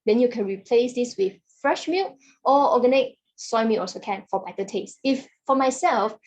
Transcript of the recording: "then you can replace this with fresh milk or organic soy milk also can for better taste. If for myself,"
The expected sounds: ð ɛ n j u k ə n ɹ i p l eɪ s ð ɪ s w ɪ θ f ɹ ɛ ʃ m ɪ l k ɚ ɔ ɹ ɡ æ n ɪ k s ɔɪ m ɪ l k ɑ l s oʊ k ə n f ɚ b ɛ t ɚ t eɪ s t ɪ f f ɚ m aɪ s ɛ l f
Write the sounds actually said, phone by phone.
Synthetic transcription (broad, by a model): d ɛ n j u k ə n ɹ i p l eɪ s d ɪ s w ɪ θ f ɹ ɛ ʃ m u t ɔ ɔ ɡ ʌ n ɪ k s ɔɪ m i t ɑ s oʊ k ə n f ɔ b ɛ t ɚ t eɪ s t ɪ f f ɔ m aɪ s ɛ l f